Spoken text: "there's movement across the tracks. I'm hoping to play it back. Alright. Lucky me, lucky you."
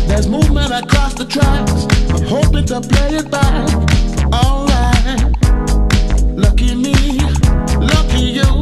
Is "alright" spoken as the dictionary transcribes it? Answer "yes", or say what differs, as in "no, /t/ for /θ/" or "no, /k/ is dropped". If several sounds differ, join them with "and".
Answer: no, /ɹ/ is dropped